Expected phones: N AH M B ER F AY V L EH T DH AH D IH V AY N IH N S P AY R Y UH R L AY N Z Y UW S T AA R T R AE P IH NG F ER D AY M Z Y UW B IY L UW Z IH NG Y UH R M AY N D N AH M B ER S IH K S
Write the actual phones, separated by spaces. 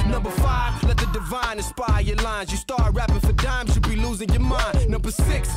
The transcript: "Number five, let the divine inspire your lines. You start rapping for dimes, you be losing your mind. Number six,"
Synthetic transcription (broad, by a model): N AH M B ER F AY V L EH T DH AH D IH V AY N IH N S P AY Y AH R L AY N Z Y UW S T AA R T R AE P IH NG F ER D AY M Z Y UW B IY L UW Z IH NG Y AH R M AY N N AH M B ER S IH K S